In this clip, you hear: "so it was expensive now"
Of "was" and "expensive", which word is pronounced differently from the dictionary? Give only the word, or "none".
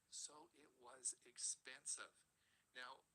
none